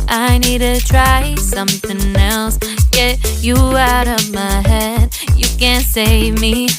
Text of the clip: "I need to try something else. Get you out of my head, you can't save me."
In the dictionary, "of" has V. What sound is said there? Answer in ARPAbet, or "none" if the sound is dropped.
V